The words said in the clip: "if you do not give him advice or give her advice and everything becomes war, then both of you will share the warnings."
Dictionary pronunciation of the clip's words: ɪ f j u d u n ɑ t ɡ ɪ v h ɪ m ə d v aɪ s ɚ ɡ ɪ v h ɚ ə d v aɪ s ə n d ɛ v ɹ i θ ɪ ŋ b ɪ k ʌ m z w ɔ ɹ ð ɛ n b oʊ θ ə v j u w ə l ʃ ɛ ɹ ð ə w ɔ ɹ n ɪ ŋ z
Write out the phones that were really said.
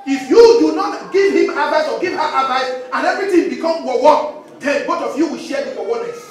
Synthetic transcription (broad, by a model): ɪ f j u d u n ɑ t ɡ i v h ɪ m ə d v aɪ s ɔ ɡ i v h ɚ ə d v aɪ s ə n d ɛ v ɹ i t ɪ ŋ b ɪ k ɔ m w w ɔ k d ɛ n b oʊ t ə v j u w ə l ʃ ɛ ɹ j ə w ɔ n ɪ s